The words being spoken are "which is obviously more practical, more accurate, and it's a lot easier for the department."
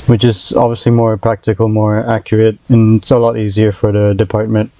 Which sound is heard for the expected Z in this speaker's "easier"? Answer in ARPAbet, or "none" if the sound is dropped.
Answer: Z